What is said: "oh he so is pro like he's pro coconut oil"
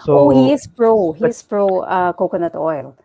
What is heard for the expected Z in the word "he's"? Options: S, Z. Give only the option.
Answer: S